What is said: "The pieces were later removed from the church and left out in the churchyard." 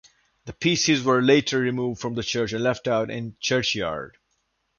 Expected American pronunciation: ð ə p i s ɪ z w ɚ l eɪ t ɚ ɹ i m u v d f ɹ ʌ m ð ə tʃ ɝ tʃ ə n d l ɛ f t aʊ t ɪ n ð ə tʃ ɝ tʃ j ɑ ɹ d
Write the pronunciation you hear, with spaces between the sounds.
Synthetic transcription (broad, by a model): ð ə p i s ɪ z w ɚ l eɪ t ɚ ɹ i m u v d f ɹ ʌ m ð ə tʃ ɝ tʃ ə n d l ɛ f t aʊ t ɪ n tʃ ɝ tʃ j ɑ ɹ d